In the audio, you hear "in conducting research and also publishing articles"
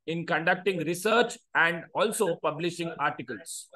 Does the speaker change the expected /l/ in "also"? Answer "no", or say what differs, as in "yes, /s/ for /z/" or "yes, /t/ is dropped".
no